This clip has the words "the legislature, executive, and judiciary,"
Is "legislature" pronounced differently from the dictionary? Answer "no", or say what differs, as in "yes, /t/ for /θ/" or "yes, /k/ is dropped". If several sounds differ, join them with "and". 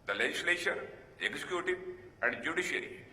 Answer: yes, /ʃ/ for /tʃ/